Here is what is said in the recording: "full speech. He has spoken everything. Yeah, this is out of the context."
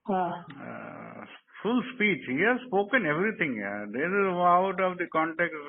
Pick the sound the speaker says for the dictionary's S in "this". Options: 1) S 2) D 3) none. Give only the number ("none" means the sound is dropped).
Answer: 3